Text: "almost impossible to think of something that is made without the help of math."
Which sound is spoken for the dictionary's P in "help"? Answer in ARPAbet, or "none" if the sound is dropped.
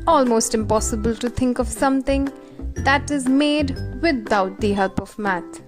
P